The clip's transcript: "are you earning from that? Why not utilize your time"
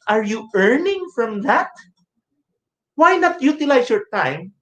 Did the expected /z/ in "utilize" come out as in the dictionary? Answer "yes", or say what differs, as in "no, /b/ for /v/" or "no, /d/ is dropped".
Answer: no, /s/ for /z/